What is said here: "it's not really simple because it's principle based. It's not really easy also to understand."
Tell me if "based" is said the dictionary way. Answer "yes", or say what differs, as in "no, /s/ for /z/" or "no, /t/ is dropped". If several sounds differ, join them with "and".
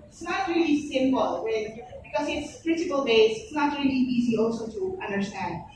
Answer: no, /t/ is dropped